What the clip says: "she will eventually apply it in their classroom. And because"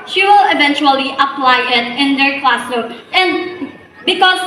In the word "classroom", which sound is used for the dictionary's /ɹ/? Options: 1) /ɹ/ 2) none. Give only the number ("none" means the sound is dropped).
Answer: 2